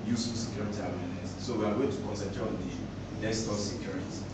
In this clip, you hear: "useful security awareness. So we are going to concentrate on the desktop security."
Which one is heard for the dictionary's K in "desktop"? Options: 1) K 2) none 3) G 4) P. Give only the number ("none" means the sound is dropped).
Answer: 2